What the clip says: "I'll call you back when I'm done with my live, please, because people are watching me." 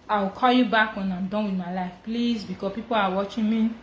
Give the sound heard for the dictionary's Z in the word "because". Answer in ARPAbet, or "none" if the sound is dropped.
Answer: none